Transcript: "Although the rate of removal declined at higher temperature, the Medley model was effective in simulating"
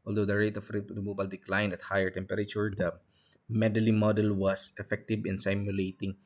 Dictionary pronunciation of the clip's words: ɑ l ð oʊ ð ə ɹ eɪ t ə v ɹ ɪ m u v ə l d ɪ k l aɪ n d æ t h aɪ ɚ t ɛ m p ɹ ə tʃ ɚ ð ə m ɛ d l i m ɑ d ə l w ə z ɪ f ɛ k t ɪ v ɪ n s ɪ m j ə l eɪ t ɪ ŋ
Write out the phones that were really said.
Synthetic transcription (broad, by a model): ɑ l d oʊ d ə ɹ eɪ t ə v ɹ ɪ m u b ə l d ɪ k l aɪ n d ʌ t h aɪ ɚ t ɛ m p ɹ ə tʃ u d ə m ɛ d l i m ɑ d ə l w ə s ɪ f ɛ k t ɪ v ɪ n s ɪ m j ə l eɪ t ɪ ŋ